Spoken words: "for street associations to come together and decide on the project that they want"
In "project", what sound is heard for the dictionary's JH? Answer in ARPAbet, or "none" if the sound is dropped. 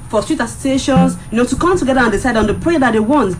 none